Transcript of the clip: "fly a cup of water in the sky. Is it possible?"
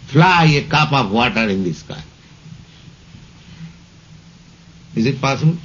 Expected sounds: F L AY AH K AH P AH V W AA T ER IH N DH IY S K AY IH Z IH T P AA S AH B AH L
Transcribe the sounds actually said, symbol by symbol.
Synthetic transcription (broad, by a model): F L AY AH K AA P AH P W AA T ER IH N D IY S K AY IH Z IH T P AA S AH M